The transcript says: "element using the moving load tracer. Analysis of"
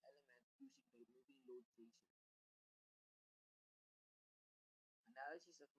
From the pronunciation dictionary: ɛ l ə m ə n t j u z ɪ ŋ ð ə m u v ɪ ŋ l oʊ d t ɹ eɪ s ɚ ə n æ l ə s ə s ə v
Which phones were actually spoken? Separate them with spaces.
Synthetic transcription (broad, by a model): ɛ l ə m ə n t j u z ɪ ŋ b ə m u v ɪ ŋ l oʊ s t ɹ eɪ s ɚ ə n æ n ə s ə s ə